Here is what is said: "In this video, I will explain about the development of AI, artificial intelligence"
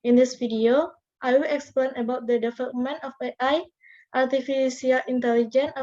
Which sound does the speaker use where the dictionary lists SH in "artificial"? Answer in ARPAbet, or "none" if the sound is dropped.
S